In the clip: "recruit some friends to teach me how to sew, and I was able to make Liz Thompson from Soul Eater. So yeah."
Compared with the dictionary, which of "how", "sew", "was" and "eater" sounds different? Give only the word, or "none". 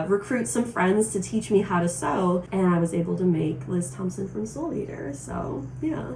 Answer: none